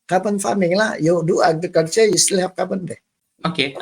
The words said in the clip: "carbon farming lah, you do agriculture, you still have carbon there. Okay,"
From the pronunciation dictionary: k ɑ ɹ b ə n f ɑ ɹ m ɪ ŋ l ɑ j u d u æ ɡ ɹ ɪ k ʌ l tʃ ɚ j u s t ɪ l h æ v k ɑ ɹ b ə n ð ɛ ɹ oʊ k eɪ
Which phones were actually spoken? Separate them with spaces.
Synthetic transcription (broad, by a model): k ɑ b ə n f ɑ m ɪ ŋ l ɑ j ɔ d u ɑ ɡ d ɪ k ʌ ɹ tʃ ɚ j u s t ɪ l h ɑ p k ɑ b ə n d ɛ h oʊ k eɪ